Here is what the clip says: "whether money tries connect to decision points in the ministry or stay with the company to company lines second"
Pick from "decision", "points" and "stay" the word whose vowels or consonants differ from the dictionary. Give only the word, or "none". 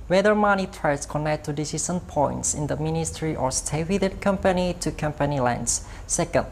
decision